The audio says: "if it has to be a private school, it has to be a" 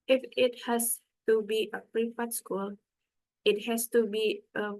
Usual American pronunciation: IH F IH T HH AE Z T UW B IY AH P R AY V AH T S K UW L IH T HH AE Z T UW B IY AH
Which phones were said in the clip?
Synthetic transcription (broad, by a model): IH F IH T HH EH S T UW B IY AH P R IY F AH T S K UW L IH T HH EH S T UW B IY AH